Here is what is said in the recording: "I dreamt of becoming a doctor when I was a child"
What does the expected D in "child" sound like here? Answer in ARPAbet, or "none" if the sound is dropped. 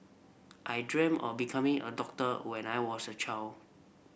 none